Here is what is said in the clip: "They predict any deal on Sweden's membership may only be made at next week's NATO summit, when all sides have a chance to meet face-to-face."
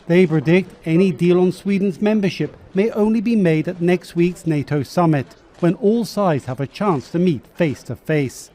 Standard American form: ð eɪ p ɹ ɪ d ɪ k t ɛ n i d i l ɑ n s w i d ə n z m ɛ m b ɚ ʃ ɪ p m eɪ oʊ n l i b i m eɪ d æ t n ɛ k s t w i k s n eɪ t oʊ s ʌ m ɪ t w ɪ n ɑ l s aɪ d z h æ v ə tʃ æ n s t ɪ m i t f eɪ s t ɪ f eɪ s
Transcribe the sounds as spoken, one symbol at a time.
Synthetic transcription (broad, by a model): ð eɪ p ɹ ɪ d ɪ k t ɛ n i d i l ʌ n s w i d n z m ɛ m b ɚ ʃ ɪ p m eɪ oʊ n l i b i m eɪ d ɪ t n ɛ k s t w i k s n eɪ t oʊ s ʌ m ɪ t w ɪ n ɑ l s aɪ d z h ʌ v ə tʃ æ n s t ɪ m i t f eɪ s t ɪ f eɪ s